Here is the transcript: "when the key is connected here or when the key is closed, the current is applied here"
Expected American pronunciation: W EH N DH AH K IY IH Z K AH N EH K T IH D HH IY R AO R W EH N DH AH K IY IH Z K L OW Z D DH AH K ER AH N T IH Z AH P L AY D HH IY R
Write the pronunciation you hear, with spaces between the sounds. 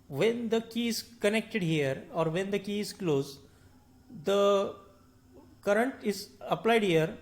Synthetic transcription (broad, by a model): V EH N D AH K IY IH Z K AH N EH K T IH D HH IY R AO R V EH N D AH K IY IH Z K L OW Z D AH K ER AH N T IH Z AH P L AY D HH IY R